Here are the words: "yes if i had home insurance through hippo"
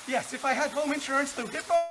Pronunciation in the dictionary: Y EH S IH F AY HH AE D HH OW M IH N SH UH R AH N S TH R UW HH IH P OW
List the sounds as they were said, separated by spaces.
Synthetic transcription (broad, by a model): Y EH S IH F AY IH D HH OW M IH N SH UH R AH N S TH UW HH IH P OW